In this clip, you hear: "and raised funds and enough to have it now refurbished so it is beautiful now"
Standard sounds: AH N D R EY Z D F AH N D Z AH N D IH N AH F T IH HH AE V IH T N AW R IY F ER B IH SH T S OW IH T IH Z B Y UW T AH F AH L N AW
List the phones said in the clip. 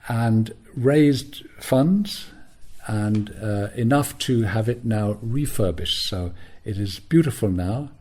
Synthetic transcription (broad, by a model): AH N R EY Z D F AH N D Z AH N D IH N AH F T IH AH V IH T N AW R IY F ER B IH SH T S OW IH T IH Z B Y UW T AH F AH L N AW